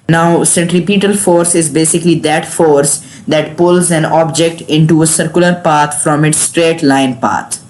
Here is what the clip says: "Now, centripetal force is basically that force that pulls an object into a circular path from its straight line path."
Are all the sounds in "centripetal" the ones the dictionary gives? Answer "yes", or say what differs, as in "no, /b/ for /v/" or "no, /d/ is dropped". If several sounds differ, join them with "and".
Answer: yes